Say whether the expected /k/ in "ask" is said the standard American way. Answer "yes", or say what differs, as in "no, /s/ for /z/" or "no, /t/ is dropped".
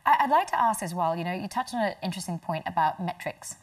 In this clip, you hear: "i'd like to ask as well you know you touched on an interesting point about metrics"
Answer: yes